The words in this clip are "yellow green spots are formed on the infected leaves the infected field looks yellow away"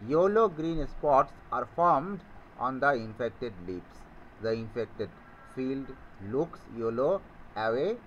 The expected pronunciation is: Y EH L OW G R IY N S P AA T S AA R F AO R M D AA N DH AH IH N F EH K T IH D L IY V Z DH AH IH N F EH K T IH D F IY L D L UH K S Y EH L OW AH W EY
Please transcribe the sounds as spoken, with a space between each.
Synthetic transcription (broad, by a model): Y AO L OW G R IY N S P AA T S AA R F AO R M D AA N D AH IH N F EH K T IH D L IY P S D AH IH N F EH K T IH D F IY L D L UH K S Y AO L OW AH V EY